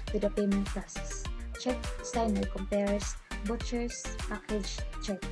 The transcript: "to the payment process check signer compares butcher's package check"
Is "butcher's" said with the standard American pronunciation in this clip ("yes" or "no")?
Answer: no